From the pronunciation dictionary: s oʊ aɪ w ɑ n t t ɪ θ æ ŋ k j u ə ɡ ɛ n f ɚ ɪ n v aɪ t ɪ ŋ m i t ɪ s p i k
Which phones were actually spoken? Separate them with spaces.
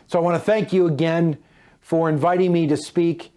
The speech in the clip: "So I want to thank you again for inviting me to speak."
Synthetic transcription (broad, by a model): s oʊ aɪ w ɑ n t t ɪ θ æ ŋ k j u ə ɡ ɛ n f ɚ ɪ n v aɪ t ɪ ŋ m i t ɪ s p i k